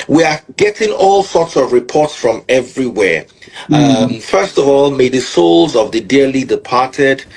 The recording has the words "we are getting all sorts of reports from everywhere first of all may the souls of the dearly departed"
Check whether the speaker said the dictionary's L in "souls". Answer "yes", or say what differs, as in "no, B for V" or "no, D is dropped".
yes